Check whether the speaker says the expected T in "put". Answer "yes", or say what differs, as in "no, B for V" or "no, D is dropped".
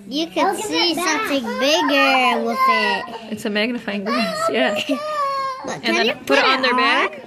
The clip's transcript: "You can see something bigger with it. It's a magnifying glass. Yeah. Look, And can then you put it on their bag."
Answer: yes